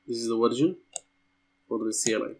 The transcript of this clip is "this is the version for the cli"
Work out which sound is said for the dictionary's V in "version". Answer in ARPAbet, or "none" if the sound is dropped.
W